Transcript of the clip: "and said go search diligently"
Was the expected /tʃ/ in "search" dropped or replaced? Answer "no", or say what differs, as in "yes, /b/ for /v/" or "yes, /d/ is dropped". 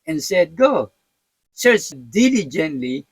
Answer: yes, /s/ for /tʃ/